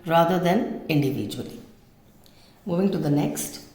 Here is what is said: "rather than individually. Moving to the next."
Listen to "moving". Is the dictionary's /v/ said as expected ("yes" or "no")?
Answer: yes